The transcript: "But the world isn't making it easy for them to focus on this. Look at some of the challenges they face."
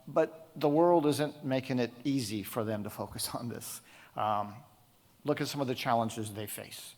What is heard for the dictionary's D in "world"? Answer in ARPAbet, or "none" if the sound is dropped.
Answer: D